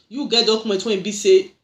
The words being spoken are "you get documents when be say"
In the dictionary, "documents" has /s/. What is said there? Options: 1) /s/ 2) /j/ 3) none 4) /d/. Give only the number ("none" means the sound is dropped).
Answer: 3